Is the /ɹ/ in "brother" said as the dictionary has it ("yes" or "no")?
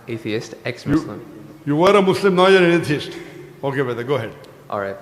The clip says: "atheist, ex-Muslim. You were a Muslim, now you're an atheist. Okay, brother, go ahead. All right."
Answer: no